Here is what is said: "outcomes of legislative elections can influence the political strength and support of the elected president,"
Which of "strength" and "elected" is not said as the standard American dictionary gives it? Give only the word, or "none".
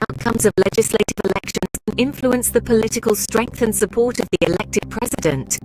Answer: none